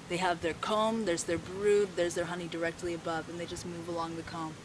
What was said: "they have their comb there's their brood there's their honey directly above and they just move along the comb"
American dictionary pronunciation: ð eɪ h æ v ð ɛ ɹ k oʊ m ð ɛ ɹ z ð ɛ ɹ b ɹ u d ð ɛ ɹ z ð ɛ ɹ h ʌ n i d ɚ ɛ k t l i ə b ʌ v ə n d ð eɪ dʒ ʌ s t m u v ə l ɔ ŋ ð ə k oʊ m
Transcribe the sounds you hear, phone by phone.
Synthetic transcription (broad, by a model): ð eɪ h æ v ð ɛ ɹ k oʊ m ð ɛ ɹ z ð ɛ ɹ b ɹ u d ð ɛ ɹ z ð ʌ ɹ h ʌ n i d ɚ ɛ k t l i ə b ʌ v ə n ð eɪ dʒ ʌ s t m u v ə l ɔ ŋ ð ə k oʊ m